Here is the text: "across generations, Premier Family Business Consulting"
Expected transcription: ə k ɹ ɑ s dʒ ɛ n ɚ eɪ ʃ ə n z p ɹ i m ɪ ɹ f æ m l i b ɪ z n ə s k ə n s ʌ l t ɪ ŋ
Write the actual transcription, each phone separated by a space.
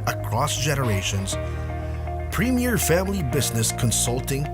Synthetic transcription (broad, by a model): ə k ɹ ɑ s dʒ ɛ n ɚ eɪ ʃ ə n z p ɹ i m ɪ ɹ f æ m l i b ɪ z n ə s k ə n s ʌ l t ɪ ŋ